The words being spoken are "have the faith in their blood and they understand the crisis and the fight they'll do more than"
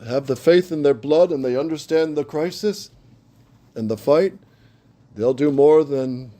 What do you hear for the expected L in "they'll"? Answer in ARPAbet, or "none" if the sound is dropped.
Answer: L